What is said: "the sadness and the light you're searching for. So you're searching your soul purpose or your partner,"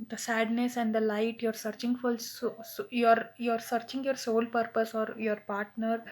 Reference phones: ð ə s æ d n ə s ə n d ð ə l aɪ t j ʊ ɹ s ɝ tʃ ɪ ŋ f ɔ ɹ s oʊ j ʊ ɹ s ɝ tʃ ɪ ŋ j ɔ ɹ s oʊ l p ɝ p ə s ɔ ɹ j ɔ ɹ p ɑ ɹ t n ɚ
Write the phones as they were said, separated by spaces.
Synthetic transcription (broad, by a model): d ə s æ d n ə s ə n d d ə l aɪ t j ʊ ɹ s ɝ tʃ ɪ ŋ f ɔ l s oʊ j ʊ ɹ s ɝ tʃ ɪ ŋ j ɔ ɹ s oʊ l p ɝ p ə s ɔ ɹ j ɔ ɹ p ɑ ɹ t n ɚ